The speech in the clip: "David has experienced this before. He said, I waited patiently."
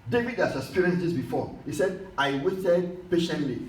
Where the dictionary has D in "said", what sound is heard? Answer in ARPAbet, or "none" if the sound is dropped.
D